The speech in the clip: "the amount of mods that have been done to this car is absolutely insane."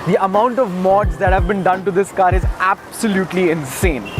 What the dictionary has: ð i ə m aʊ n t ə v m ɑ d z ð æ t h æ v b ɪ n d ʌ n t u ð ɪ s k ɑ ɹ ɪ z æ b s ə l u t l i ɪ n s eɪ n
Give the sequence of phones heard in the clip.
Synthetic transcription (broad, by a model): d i ə m aʊ n t ə v m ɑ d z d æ t h æ v b ɪ n d ʌ n t u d ɪ s k ɑ ɹ ɪ z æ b s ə l u t l i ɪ n s eɪ n